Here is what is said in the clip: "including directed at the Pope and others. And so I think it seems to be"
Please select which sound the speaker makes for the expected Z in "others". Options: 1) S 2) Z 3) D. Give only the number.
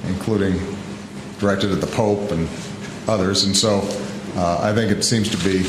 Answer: 2